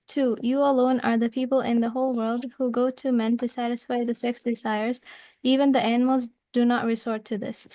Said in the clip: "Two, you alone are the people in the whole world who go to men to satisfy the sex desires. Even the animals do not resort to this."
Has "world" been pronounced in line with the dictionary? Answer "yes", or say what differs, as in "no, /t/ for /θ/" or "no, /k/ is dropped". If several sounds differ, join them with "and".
yes